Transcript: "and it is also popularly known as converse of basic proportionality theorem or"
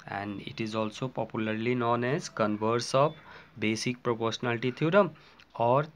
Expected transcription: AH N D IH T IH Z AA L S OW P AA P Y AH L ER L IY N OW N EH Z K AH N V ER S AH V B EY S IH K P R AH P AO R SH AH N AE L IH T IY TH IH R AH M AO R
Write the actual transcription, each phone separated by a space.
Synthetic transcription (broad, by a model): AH N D IH T IH Z AA L S OW P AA P Y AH L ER L IY N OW N EH Z K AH N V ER S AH B B EY S IH K P R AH P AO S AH N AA L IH T IY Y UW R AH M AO R